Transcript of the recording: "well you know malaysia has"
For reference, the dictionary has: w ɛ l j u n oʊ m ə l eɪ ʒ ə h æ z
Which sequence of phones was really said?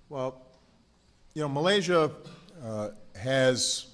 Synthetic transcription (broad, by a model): w ɛ l j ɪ n oʊ m ə l eɪ ʒ ə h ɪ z